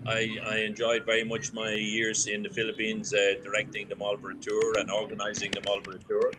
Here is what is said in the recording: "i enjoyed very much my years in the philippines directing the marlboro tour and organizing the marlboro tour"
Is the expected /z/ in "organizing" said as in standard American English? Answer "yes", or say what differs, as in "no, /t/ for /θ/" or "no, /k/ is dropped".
yes